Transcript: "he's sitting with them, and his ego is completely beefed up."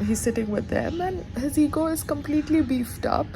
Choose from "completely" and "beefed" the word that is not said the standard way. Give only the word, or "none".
none